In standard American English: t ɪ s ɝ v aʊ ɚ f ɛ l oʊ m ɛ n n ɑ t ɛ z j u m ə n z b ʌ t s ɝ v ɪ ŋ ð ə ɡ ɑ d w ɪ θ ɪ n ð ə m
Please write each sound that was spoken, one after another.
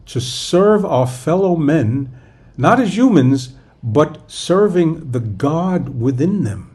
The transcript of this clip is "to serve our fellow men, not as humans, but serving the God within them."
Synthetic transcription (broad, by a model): t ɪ s ɝ v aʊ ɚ f ɛ l oʊ m ɛ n n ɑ t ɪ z j u m ə n z b ʌ t s ɝ v ɪ ŋ ð ə ɡ ɑ d w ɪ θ ɪ n ð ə m